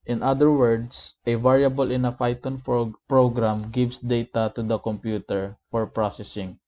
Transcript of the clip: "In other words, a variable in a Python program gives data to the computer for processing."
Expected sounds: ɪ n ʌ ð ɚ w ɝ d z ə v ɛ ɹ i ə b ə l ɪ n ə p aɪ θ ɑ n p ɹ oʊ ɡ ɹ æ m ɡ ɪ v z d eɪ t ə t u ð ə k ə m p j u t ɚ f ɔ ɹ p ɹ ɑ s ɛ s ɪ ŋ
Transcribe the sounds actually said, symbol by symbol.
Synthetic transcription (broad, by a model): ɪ n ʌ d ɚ w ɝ d s ə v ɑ ɹ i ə b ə l ɪ n ə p aɪ t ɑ n p ɹ oʊ ɡ ɹ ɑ m ɡ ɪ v s d eɪ t ə t u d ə k ə m p j u t ɚ f ɔ ɹ p ɹ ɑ s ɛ s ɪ ŋ